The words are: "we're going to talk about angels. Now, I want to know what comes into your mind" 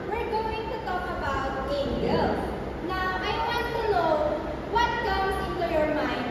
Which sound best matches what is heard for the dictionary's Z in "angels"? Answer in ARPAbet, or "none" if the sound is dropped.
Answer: none